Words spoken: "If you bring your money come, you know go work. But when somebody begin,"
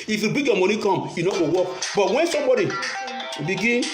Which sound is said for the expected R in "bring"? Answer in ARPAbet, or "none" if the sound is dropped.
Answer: none